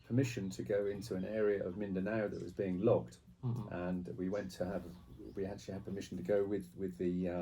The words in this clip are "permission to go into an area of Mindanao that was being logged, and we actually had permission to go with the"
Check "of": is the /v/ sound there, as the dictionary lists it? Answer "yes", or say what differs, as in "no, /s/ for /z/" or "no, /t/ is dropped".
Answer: yes